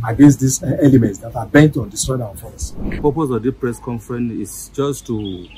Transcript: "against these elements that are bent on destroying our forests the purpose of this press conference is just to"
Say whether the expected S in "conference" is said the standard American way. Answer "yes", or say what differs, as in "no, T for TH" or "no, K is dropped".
no, S is dropped